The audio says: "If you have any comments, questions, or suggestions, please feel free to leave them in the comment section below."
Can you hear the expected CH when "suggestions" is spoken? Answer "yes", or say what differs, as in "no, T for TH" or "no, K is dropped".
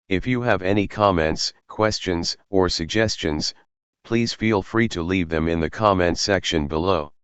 yes